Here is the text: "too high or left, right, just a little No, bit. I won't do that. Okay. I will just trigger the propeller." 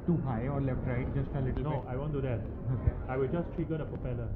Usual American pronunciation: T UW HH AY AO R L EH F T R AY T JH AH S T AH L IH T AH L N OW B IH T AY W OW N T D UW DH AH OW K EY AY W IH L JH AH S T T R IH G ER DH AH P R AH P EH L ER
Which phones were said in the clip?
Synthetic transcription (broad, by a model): T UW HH AY AO R L EH F T R AY T JH AH S T AH L IH T AH L N OW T AY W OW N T D UW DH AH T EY AY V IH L JH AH S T T IY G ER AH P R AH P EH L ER